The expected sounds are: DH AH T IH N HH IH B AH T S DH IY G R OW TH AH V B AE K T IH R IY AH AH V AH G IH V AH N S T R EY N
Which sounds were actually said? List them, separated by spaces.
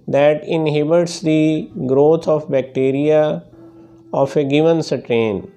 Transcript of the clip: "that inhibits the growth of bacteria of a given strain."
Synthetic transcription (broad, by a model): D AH T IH N HH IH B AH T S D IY G R OW T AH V B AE K T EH R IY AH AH F AH G IH V AH N S T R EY N